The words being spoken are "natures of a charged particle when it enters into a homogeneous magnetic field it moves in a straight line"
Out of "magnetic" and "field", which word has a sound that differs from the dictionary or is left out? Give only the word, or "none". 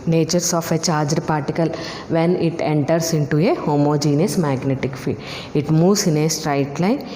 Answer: field